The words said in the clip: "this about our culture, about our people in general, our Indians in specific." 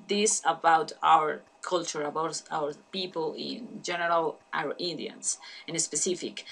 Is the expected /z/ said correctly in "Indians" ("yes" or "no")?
no